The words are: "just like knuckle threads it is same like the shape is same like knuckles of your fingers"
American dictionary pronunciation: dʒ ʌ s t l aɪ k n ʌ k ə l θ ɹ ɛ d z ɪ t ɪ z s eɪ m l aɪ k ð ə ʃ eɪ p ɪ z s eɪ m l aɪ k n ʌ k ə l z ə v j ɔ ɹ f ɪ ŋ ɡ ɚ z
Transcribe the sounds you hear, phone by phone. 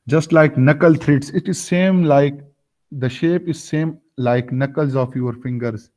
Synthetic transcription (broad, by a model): dʒ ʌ s t l aɪ k n ʌ k ə l t ɹ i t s ɪ t ɪ z s eɪ m l aɪ k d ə ʃ eɪ p ɪ z s eɪ m l aɪ k n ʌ k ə l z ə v j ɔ ɹ f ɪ ŋ ɡ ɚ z